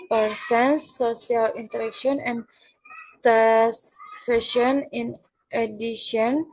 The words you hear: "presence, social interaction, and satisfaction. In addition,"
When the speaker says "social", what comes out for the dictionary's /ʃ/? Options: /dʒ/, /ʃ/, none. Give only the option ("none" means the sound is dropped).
none